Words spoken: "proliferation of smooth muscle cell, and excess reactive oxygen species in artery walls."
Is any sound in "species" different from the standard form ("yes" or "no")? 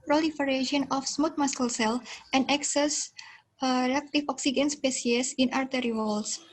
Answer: yes